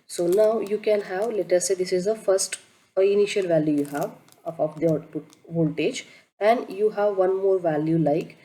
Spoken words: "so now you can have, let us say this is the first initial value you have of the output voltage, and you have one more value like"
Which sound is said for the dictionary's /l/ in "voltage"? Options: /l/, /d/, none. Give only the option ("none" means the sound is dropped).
/l/